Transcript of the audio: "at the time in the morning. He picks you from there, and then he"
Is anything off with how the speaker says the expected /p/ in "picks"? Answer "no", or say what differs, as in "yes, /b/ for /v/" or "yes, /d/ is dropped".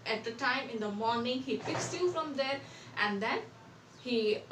yes, /f/ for /p/